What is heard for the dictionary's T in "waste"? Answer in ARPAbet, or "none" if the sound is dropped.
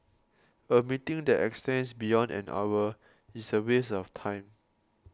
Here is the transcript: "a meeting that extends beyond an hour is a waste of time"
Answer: none